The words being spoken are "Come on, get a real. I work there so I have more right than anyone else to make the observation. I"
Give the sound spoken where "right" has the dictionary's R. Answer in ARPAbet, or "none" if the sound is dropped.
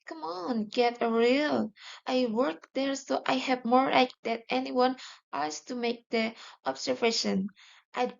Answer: L